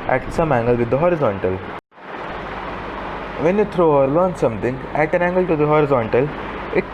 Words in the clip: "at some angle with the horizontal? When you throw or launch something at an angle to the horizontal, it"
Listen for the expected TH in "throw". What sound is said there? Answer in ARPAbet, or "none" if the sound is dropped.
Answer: T